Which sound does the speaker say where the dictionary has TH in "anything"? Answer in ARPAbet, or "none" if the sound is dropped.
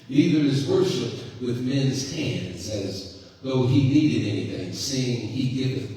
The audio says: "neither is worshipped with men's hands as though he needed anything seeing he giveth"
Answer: TH